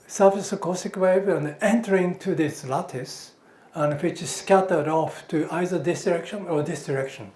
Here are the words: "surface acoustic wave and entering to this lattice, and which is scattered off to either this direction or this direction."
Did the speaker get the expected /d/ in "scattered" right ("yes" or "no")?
yes